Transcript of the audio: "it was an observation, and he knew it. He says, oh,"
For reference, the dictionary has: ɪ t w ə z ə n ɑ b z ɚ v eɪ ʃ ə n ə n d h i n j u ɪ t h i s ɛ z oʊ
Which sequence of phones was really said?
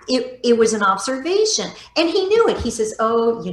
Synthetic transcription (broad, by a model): ɪ t w ə z ə n ɑ b z ɚ v eɪ ʃ ə n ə n i n j u ɪ t h i s ɛ z oʊ